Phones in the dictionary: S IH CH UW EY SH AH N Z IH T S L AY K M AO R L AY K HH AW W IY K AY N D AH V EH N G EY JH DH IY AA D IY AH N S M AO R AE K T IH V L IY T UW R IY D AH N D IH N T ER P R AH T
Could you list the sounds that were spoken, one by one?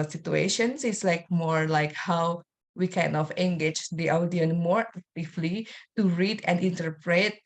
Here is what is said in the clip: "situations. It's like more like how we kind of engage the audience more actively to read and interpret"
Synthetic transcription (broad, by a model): S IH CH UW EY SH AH N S IH T S L AY K M AO R L AY K HH AW W IY K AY N AH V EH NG G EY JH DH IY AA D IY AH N M AO R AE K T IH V L IY T UW R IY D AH N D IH N T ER P R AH T